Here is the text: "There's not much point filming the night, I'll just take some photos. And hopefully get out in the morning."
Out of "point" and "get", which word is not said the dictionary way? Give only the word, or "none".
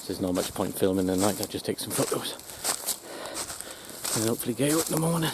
get